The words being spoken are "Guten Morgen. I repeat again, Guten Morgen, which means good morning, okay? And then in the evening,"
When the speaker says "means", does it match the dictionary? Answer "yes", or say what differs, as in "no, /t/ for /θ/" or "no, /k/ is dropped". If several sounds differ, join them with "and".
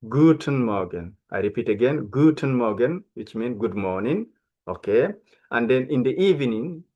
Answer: no, /z/ is dropped